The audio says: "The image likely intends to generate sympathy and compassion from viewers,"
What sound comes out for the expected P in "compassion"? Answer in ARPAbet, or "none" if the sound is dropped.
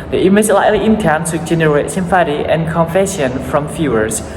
F